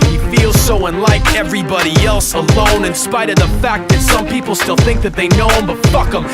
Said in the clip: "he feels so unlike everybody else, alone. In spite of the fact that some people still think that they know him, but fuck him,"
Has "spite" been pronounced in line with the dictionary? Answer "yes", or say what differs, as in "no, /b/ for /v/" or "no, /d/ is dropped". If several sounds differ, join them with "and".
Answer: yes